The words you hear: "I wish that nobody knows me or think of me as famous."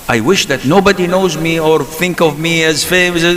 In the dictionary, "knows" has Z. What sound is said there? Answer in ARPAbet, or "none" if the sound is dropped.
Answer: Z